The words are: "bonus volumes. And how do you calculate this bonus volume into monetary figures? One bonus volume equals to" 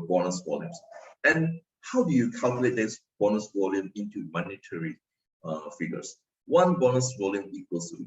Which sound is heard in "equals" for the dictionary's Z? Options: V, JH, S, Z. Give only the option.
S